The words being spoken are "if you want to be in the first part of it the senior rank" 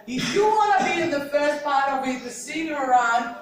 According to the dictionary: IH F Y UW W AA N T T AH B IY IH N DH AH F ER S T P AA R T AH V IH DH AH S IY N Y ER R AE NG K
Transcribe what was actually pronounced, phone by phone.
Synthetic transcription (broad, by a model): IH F Y UW W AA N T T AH B IY IH N DH AH F ER S T P AA R T AH V IH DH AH S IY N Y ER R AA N